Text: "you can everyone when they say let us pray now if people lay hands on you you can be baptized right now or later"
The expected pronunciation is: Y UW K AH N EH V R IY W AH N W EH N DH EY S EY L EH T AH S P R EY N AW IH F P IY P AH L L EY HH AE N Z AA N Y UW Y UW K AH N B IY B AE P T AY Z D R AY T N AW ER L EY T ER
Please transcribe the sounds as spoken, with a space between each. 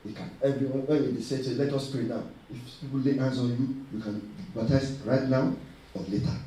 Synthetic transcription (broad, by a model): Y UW K AH N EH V R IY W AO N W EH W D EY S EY L EH T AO S P R EY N AW IH F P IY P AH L L EY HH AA N S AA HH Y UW Y UW K AH N B IY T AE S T R AY T N AW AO L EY T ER